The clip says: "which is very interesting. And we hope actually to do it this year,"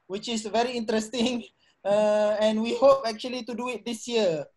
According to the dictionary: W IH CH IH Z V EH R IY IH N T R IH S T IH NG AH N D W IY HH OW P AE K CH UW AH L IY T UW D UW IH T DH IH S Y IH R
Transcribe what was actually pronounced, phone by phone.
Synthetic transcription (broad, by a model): W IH CH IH S V EH R IY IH N T R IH S T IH NG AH N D W IY HH OW P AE K CH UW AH L IY T UW D UW IH T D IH S Y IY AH